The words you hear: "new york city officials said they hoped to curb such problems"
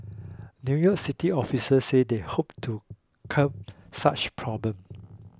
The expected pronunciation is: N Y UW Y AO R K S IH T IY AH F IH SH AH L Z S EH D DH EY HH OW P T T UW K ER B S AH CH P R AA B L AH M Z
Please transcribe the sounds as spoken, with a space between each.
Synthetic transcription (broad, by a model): N Y UW Y AO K S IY T IY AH F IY S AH S EH D EY HH OW P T T UW K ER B S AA CH P R AA B L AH M